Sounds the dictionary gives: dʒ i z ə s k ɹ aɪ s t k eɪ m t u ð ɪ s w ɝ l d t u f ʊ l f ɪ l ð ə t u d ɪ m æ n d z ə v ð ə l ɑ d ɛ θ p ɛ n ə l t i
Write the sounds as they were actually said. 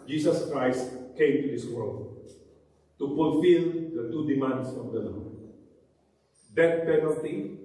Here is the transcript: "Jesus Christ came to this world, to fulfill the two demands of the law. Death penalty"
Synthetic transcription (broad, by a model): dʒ i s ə s k ɹ aɪ s t k eɪ m t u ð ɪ s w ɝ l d t u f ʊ l f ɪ l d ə t u d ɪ m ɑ n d s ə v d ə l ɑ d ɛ t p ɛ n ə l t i